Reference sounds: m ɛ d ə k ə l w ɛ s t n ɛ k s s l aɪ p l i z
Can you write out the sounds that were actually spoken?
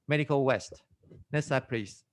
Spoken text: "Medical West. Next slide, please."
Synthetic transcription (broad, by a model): m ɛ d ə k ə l w ɛ s t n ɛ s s aɪ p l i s